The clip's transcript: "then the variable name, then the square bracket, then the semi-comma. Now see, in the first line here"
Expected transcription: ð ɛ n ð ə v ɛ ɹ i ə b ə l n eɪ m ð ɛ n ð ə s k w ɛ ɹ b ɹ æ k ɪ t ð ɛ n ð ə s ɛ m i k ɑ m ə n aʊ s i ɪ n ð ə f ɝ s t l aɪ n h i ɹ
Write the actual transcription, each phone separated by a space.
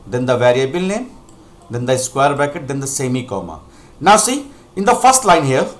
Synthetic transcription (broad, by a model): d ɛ n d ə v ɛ ɹ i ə b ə l n eɪ m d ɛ n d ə s k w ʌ ɹ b æ k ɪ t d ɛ n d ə s ɛ m i k ɑ m ə n aʊ s i ɪ n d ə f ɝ s t l aɪ n h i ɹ